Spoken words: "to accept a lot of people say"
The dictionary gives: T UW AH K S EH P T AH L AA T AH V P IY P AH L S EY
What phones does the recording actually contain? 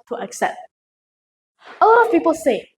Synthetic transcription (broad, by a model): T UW AH K S EH P T AH L AA T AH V P IY P AH L S EY